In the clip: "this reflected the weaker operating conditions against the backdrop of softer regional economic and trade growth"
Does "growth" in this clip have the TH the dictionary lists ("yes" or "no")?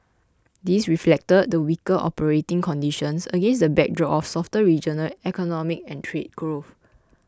no